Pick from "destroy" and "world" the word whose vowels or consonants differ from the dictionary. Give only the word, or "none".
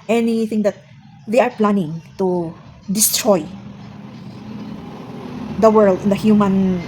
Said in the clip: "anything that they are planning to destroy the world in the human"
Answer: none